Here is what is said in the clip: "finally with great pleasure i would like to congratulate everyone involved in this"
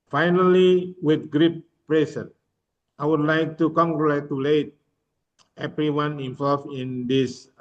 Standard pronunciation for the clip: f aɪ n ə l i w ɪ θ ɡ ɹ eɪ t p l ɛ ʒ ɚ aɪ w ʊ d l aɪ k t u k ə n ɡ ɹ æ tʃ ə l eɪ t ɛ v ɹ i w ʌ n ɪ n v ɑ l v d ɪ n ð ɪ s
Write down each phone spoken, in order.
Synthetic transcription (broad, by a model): f aɪ n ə l i w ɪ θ ɡ ɹ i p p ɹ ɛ s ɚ aɪ w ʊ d l aɪ k t u k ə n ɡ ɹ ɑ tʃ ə l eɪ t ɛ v ɹ i w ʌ n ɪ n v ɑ l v ɪ n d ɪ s